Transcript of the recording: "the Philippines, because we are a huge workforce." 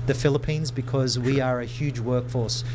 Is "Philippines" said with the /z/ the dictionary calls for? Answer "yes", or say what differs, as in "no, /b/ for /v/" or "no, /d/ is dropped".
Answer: yes